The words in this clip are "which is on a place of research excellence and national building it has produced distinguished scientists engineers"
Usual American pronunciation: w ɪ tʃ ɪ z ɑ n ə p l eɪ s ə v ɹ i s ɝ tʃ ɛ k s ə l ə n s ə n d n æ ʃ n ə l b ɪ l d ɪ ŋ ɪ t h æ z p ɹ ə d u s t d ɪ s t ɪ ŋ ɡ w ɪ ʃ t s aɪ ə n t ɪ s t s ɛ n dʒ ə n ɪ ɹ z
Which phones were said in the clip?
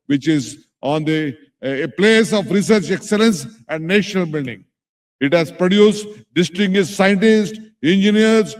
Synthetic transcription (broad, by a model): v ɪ tʃ ɪ z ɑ n ə p l eɪ s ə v ɹ i s ɝ tʃ ɛ k s ə l ə n s ə n d n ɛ ʃ n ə l b ɪ l d ɪ ŋ ɪ t h æ z p ɹ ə d u s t d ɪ s t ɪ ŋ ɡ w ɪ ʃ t s aɪ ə n t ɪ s t ɛ n dʒ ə n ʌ ɹ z